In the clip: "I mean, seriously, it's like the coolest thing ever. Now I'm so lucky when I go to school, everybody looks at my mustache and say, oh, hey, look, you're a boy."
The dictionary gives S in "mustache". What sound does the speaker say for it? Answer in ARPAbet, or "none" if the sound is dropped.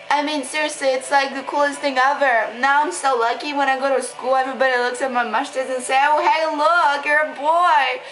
SH